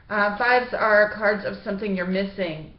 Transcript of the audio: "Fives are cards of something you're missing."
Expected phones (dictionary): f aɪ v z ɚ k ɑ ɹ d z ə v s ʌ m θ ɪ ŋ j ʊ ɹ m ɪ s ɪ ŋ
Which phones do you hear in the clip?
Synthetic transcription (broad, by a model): f aɪ v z ɚ k ɑ ɹ d z ə v s ʌ m θ ɪ ŋ j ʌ ɹ m ɪ s ɪ ŋ